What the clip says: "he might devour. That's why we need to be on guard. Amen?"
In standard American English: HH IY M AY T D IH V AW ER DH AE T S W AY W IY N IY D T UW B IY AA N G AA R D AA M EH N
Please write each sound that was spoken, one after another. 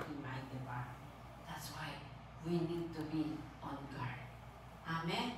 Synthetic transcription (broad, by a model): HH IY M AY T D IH B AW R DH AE T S W AY W IY N IY D T UW B IY AA N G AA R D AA M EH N